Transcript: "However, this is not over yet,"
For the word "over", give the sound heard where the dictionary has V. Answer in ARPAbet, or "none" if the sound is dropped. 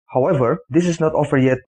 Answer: F